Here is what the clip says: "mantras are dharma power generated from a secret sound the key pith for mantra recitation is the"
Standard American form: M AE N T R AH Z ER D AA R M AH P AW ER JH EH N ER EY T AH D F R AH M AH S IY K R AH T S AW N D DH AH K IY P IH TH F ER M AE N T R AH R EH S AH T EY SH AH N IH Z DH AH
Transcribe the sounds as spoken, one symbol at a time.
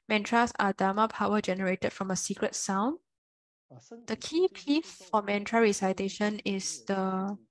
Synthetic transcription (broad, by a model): M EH N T R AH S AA D AA M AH P AW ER JH EH N ER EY T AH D F R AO M AH S IY K R AH T S AW N D AH K IY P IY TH F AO M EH N T R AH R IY S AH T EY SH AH N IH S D AH